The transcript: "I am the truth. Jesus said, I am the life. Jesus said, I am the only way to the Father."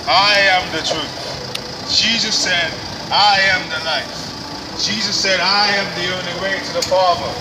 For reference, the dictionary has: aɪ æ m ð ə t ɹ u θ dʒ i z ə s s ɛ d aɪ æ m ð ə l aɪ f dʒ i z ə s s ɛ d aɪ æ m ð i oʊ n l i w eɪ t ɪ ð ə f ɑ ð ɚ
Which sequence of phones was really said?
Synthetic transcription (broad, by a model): aɪ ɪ m ð ə t ɹ u θ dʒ i z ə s s ɛ d aɪ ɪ m ð ə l aɪ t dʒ i z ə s s ɛ d aɪ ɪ m ð i oʊ n l i w eɪ t ɪ ð ə f ɑ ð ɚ